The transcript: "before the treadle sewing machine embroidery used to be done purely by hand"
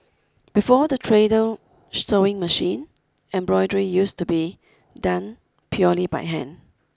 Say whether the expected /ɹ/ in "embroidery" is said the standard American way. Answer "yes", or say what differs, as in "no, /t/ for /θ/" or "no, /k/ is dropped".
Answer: yes